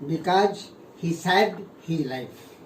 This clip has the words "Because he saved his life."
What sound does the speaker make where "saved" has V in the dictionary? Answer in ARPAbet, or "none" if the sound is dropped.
none